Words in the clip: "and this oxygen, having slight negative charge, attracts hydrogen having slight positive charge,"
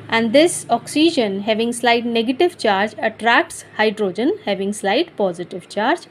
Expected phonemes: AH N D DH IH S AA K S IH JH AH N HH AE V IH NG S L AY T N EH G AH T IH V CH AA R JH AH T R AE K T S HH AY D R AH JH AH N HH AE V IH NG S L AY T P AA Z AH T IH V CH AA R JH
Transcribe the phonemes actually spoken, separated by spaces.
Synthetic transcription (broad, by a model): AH N D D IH S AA K S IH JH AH N HH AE V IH NG S L AY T N EH G AH T IH V CH AA R JH AH T R AE K T S HH AY D R AH JH AH N HH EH V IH NG S L AY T P AA Z AH T IH V CH AA R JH